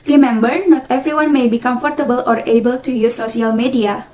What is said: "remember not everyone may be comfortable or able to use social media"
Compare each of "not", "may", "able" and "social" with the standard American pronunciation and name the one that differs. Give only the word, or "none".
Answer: social